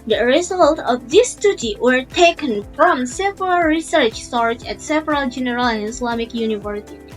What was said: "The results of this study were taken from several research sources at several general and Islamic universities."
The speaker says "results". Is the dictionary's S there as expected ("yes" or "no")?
no